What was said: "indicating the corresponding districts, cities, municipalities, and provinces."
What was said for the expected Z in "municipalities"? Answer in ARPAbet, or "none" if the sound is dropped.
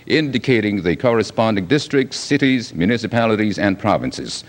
Z